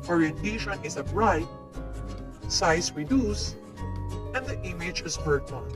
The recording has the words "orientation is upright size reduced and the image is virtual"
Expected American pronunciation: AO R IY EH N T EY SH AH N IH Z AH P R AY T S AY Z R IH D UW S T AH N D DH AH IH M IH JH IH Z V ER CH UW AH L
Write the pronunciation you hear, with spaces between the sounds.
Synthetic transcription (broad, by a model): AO R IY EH N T EY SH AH N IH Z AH B R AY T S AY S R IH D UW S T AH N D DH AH IH M IH JH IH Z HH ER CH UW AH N